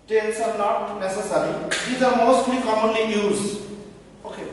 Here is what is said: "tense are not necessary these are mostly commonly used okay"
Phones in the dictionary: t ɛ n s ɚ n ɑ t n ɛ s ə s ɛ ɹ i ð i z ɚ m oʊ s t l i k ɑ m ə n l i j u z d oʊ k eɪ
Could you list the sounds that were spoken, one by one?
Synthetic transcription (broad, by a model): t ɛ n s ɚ n ɑ t n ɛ s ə s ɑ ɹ i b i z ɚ m oʊ s t l i k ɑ m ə n l i j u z oʊ k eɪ